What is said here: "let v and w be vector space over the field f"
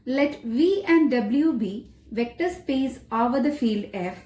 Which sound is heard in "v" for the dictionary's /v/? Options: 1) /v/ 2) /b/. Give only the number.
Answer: 1